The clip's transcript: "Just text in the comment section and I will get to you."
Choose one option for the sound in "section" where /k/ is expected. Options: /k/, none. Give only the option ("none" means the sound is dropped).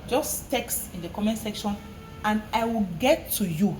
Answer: /k/